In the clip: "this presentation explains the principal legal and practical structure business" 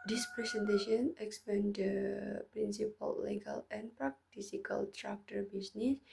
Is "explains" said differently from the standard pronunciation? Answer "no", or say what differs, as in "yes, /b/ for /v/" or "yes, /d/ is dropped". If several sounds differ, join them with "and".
yes, /l/ is dropped